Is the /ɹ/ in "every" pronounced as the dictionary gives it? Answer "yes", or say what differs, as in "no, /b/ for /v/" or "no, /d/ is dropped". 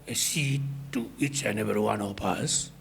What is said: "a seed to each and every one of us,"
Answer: no, /ɹ/ is dropped